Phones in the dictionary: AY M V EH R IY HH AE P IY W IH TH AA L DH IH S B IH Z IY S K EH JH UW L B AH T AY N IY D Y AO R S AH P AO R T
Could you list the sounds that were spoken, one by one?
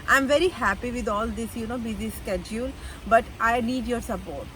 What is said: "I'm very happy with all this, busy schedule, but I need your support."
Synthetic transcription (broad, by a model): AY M V EH R IY HH AE P IY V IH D AA L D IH S B IH Z IY S K EH JH UW L B AH T AY N IY D Y AO R S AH P AO R T